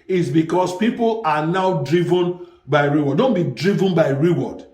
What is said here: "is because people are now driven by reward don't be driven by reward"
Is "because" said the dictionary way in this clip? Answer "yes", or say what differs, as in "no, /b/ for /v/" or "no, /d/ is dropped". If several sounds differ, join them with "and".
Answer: no, /s/ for /z/